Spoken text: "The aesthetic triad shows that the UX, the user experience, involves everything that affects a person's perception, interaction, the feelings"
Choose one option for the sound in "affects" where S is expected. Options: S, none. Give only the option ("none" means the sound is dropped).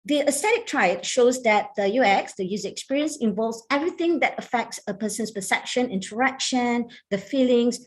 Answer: S